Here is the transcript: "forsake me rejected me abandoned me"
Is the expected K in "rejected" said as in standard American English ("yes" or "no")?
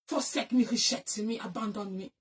no